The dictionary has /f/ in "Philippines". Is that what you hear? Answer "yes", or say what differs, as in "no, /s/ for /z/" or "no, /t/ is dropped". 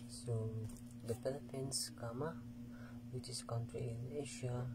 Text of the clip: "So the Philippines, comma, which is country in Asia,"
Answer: no, /p/ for /f/